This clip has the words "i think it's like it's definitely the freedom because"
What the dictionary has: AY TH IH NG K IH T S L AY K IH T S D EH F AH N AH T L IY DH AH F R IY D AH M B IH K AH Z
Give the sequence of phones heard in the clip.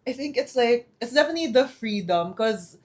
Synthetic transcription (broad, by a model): AY TH IH NG K IH T S L AY K IH T S D EH F AH N AH T L IY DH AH F R IY D AH M K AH Z